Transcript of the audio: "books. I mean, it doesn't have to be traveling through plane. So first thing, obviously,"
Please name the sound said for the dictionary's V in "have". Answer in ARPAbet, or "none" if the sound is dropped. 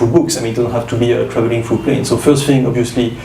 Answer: F